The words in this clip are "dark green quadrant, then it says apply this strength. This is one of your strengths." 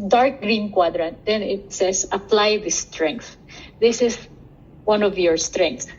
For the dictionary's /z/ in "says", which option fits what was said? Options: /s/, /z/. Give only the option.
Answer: /s/